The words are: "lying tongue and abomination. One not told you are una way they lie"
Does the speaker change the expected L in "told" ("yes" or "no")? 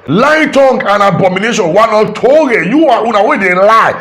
yes